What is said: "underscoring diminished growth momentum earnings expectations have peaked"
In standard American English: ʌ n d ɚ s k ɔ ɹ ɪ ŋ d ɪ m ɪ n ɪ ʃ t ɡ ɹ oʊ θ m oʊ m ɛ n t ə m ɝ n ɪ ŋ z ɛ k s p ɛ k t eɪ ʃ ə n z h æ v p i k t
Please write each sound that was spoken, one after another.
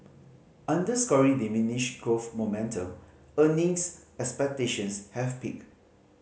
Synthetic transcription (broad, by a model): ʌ n d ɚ s k ɔ ɹ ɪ d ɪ m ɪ n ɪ ʃ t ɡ ɹ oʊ f m oʊ m ɛ n t ə m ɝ n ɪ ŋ s ɛ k s p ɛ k t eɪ ʃ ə n s h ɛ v p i k